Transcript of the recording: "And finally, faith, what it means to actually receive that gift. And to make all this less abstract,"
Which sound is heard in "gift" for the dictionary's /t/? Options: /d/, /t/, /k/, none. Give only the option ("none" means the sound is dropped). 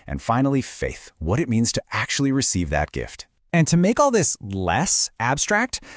/t/